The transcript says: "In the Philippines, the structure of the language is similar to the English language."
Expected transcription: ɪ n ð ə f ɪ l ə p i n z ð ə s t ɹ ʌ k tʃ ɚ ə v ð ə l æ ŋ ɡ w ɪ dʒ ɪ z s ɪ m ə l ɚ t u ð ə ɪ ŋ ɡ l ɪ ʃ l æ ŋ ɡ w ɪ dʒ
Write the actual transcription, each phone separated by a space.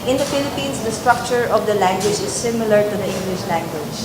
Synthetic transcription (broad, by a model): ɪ n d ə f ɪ l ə p i n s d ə s t ɹ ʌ k tʃ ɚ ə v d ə l æ ŋ ɡ w ɪ dʒ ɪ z s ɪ m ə l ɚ t u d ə ɪ ŋ ɡ l ɪ ʃ l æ ŋ ɡ w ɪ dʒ